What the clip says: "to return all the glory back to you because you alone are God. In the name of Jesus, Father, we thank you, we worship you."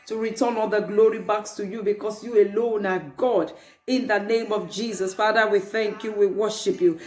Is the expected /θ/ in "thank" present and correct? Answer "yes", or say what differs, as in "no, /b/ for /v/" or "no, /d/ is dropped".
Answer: yes